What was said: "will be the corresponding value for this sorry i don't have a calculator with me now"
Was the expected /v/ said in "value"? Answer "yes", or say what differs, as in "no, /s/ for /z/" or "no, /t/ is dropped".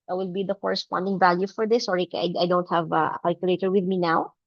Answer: yes